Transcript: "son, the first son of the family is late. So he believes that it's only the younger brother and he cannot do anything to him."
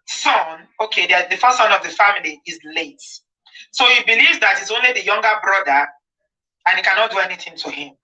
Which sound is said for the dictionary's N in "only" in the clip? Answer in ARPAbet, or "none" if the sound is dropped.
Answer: N